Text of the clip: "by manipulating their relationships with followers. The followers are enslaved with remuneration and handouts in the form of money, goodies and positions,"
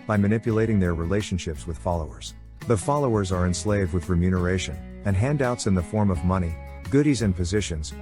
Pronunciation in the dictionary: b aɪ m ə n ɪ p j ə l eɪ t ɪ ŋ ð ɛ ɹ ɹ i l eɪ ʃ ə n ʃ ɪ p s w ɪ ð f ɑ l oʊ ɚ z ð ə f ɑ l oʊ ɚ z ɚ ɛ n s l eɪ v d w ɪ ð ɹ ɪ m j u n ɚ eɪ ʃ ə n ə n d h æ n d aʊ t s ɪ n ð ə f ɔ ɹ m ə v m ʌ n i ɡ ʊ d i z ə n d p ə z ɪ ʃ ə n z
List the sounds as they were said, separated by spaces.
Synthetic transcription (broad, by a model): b aɪ m ə n ɪ p j ə l eɪ t ɪ ŋ ð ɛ ɹ ɹ i l eɪ ʃ ə n ʃ ɪ p s w ɪ ð f ɑ l oʊ ɚ z ð ə f ɑ l oʊ ɚ z ɚ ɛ n s l eɪ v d w ɪ ð ɹ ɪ m j u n ɚ eɪ ʃ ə n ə n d h æ n d aʊ t s ɪ n ð ə f ɔ ɹ m ə v m ʌ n i ɡ ʊ d i z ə n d p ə z ɪ ʃ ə n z